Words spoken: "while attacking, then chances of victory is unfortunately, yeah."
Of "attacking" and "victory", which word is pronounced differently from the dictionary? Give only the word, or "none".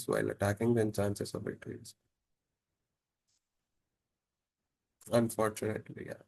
victory